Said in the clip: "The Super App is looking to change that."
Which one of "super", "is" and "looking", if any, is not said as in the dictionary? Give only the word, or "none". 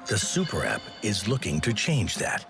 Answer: none